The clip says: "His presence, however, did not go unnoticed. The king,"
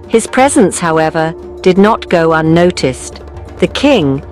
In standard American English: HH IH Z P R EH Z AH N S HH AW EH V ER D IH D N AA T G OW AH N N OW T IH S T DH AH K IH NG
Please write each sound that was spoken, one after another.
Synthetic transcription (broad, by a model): HH IH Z P R EH Z AH N S HH AW EH V ER D IH D N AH T G OW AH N N OW T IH S DH AH K IH NG